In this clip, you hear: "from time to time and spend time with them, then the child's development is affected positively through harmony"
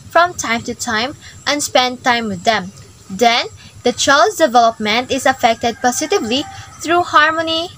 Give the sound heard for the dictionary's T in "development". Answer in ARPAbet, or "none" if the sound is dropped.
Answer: T